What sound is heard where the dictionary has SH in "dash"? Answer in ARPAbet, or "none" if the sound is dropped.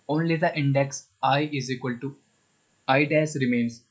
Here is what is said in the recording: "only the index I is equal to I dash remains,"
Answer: S